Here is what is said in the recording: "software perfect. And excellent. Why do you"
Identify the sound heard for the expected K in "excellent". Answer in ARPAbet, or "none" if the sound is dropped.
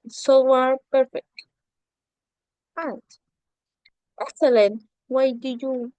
none